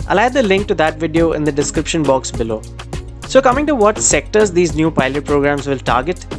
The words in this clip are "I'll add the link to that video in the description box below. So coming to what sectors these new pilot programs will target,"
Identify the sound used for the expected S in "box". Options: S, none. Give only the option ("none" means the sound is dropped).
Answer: S